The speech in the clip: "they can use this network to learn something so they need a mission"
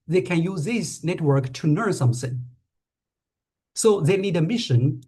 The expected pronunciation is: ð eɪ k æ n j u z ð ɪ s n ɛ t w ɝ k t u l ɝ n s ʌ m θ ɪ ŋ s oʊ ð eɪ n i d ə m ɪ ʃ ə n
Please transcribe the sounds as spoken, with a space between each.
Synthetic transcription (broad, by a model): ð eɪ k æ n j u z ð ɪ s n ɛ t w ɝ k t u n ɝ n s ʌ m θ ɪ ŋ s oʊ ð eɪ n i d ə m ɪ ʃ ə n